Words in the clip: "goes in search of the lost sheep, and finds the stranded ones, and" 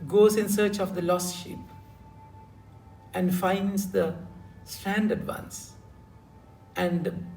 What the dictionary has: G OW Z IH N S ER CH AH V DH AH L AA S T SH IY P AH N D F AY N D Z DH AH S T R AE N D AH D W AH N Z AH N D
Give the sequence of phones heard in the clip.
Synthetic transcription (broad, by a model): G OW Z IH N S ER CH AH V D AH L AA S SH IY P AH N D F AY N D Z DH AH S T AE N D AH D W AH N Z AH N D